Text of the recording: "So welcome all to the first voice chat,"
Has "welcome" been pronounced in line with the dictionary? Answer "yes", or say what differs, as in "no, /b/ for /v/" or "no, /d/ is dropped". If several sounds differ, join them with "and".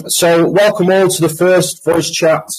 yes